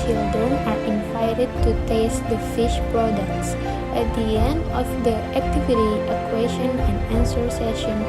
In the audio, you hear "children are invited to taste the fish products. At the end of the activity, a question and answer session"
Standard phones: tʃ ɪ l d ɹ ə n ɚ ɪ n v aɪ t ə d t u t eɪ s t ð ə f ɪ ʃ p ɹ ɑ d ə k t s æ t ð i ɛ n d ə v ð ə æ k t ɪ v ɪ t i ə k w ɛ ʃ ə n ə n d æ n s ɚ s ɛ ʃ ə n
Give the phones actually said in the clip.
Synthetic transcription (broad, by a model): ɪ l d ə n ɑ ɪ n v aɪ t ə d t u t eɪ s t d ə f ɪ ʃ p ɹ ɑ d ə k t s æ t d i ɛ n d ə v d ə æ k t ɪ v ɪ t i ə k w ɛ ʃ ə n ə n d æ n s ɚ s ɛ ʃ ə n